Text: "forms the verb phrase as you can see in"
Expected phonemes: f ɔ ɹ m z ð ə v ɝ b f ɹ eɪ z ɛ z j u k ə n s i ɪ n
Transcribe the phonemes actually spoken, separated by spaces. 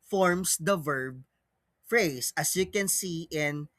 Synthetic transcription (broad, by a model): f ɔ ɹ m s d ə v ɝ b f ɹ eɪ s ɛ s j u k ə n s i ɪ n